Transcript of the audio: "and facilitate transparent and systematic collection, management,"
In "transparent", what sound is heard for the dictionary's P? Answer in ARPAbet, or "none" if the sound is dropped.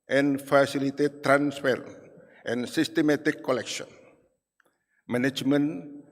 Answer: F